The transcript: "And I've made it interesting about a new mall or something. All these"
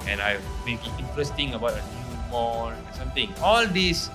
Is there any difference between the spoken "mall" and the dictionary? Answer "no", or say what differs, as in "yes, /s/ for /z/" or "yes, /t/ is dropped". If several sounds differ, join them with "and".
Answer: yes, /n/ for /l/